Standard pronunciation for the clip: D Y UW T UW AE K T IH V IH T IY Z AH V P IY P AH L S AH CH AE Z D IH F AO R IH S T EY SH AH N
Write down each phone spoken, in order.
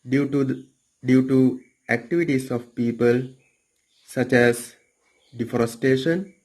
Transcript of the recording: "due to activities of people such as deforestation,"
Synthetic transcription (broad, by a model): D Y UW T UW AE K T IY V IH T IY S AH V P IY P AH L S AH CH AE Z D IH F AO R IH S T EY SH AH N